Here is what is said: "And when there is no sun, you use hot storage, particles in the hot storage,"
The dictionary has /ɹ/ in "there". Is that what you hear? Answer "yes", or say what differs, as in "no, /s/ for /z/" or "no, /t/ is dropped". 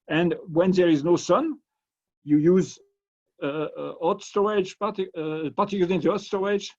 yes